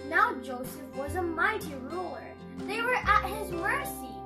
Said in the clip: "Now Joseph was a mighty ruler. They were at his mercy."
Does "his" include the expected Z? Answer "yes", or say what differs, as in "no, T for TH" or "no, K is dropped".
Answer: yes